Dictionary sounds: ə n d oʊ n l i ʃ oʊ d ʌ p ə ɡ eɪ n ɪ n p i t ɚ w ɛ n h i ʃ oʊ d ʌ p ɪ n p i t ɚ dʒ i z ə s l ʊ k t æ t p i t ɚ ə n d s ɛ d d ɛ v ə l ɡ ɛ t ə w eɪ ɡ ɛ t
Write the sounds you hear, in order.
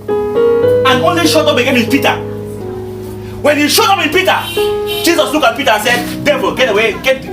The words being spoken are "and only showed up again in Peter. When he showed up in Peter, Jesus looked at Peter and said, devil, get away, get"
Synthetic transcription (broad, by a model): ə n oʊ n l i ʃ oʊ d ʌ b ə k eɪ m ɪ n p i t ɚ w ɛ n h i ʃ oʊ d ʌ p ɪ n p i t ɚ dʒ i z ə s l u k ɑ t p i t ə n s ɛ d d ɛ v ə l ɡ ɛ t ə w eɪ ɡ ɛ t